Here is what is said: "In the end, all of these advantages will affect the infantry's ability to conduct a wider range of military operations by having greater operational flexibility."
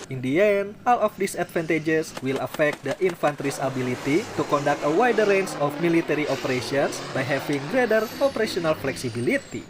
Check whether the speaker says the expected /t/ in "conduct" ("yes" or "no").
yes